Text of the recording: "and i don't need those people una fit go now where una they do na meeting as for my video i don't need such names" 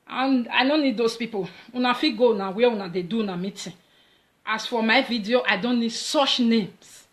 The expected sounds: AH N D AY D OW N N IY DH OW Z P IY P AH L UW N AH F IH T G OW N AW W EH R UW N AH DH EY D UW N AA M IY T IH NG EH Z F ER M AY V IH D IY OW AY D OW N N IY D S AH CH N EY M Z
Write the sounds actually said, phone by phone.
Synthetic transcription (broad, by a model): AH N AY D OW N N IY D OW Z P IY P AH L UW N AH F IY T G OW N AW W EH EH UW N AH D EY D UW N AA M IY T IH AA S F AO M AY V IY D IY OW AY D OW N N IY D S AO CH N EY M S